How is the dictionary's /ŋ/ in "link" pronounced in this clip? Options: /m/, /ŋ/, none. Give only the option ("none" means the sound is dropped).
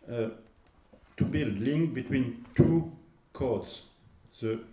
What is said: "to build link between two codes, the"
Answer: /ŋ/